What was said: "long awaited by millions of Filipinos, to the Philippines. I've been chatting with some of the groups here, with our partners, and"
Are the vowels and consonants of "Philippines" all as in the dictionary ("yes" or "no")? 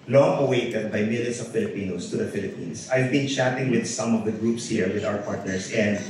no